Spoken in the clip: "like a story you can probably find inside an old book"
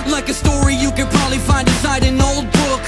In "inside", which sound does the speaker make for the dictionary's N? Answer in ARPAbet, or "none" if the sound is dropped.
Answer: none